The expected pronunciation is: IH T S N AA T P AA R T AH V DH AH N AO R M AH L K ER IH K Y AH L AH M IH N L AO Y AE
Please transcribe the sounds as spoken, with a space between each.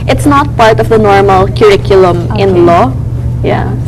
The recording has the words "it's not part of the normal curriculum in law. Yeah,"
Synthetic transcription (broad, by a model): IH T S N AA T P AA R T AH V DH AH N AO R M AH L K ER IH K Y AH L AH M IH N L AO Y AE